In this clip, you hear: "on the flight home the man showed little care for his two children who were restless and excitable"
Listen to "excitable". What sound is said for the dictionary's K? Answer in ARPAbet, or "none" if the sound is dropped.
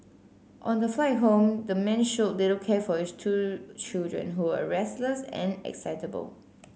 K